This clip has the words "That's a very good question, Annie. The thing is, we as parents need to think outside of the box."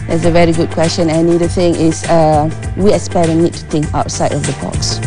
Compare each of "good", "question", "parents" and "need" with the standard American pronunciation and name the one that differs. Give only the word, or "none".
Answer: parents